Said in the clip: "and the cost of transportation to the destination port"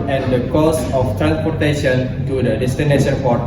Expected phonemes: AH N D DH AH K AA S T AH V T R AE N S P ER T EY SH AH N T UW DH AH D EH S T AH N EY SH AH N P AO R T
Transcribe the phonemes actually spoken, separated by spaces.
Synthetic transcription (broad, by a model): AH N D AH K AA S AH F T R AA N S P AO T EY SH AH N T UW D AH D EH S T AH N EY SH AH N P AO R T